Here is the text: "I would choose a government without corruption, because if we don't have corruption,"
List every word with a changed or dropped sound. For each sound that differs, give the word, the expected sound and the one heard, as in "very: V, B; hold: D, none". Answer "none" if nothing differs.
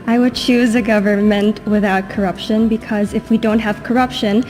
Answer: none